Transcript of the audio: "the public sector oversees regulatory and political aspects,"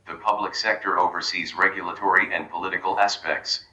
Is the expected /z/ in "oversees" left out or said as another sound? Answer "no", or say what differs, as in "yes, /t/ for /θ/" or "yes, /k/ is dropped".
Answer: no